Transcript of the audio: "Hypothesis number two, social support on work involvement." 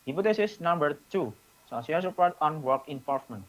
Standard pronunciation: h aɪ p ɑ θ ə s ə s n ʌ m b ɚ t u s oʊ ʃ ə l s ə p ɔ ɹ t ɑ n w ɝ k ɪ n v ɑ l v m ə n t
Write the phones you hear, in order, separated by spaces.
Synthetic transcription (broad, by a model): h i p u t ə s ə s n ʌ m b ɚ t u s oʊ s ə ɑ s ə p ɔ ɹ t ɑ n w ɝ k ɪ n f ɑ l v m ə n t